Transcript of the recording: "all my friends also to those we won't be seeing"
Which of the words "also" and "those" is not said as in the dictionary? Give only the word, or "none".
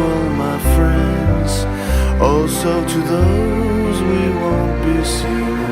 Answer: none